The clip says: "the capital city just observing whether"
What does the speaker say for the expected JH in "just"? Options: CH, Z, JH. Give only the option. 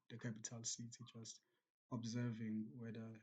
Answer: CH